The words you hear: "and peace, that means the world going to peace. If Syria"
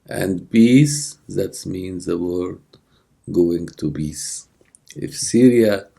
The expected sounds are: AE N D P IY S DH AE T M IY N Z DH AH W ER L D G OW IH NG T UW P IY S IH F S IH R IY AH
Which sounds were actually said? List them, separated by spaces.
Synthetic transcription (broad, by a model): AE N D B IY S DH AE T M IY N Z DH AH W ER D G OW IH NG T UW B IY S IH F S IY R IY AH